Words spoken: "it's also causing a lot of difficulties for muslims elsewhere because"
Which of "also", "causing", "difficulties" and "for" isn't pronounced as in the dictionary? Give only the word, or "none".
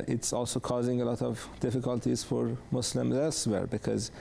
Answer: none